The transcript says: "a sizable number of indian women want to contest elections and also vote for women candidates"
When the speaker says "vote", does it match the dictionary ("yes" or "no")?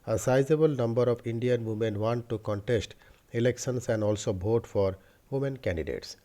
no